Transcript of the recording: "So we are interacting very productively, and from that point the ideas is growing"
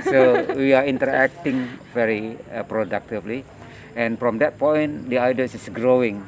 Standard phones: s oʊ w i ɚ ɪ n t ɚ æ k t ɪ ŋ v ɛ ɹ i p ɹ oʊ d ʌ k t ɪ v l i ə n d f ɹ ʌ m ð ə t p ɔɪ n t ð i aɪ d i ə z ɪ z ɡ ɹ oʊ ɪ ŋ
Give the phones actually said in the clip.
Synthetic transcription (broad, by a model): s oʊ w i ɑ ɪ n t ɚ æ k t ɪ ŋ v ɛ ɹ i p ɹ oʊ d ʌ k t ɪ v l i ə n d f ɹ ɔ m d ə t p ɔɪ n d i aɪ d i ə s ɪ s ɡ ɹ oʊ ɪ ŋ